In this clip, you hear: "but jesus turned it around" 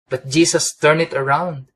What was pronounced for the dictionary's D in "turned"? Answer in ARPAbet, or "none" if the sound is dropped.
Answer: none